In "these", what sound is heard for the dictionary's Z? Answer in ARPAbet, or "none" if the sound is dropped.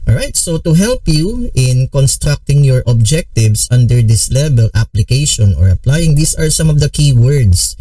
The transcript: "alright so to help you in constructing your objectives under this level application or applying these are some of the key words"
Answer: S